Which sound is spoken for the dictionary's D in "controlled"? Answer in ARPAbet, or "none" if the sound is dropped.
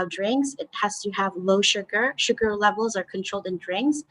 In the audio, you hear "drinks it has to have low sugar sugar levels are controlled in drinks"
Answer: D